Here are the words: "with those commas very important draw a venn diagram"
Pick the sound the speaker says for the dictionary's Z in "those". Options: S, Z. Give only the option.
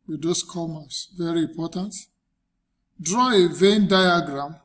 S